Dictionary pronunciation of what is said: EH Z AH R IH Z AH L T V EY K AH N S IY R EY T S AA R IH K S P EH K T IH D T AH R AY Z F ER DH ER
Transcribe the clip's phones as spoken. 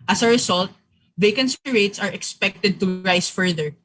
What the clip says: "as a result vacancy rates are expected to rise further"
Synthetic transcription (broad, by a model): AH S AH R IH S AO L T V EY K AH N S IY R EY T S AA R IH K S P EH K T IH D T AH R AY S F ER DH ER